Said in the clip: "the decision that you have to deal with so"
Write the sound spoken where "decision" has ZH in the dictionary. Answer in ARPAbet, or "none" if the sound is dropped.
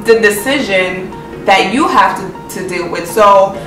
ZH